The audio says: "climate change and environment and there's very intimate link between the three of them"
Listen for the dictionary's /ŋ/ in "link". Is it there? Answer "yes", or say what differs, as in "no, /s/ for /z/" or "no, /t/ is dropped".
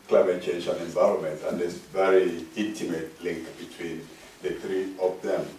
yes